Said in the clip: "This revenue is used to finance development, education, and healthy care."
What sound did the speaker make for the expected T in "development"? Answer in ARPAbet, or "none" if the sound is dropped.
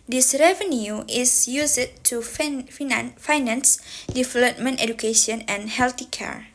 T